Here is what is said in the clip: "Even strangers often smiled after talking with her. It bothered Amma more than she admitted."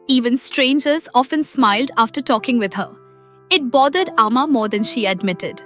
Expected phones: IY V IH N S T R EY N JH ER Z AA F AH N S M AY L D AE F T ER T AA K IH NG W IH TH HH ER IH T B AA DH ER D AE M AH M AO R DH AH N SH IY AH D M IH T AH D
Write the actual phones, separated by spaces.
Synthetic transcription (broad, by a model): IY V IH N S T R EY N JH ER Z AA F AH N S M AY L D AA F T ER T AA K IH NG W IH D HH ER IH T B AA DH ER D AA M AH M AO R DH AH N SH IY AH D M IH T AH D